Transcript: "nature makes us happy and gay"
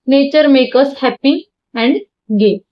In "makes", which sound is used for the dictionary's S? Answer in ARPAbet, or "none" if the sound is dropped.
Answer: none